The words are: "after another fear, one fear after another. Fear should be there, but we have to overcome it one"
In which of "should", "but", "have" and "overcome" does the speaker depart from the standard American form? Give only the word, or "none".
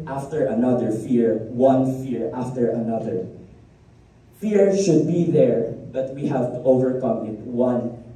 none